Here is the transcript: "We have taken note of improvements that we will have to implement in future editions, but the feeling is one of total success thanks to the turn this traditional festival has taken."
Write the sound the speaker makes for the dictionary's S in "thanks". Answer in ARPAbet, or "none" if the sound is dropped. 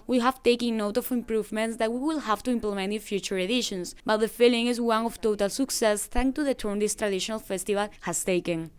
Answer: none